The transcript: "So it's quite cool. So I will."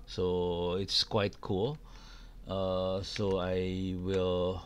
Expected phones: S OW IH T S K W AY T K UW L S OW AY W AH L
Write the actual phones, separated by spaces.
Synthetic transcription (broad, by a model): S OW IH T S K W AY T K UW L S OW AY W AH L